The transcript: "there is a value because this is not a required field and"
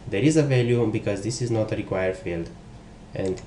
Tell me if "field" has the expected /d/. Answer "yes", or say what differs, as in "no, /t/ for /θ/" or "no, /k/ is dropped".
yes